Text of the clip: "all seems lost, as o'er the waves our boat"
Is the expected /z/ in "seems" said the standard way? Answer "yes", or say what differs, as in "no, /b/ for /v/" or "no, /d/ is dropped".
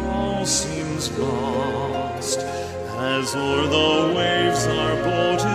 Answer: yes